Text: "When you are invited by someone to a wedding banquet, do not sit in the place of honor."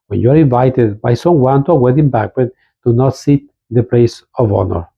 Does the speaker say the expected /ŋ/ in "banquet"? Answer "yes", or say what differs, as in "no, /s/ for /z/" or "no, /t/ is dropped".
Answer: no, /ŋ/ is dropped